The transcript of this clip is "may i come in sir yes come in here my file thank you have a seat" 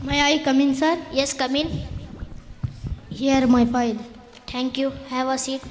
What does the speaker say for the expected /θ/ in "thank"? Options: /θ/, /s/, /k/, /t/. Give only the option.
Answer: /t/